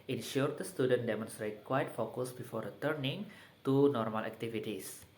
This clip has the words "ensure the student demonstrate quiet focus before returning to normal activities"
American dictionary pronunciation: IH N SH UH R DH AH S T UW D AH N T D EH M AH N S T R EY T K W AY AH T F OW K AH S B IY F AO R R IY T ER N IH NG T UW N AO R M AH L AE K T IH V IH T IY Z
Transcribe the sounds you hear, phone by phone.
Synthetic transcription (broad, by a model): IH N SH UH R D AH S T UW D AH N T D EH M AH N S T R EY T K W AY T F OW K AH S B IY F AO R R IY T ER N IH NG T UW N AO R M AH L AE K T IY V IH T IY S